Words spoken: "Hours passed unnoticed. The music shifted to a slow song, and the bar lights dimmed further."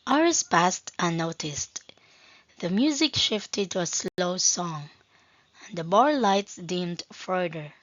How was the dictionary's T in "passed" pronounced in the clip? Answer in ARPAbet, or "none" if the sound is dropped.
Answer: T